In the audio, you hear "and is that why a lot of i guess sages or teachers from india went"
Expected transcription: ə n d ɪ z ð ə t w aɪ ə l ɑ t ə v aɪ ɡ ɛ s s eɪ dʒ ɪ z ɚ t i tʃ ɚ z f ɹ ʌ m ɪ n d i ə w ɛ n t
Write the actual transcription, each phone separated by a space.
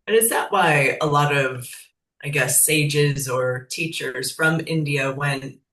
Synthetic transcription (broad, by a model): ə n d ɪ z ð ə t w aɪ ə l ɑ t ə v aɪ ɡ ɛ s s eɪ dʒ ɪ z ɚ t i tʃ ɚ z f ɹ ʌ m ɪ n d i ə w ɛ n t